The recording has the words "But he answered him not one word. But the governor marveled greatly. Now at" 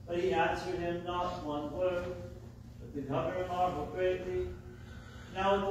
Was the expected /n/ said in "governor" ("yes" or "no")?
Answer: no